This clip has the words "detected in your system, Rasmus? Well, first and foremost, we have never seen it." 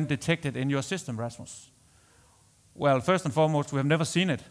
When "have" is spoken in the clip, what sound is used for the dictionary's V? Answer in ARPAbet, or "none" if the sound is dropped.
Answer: V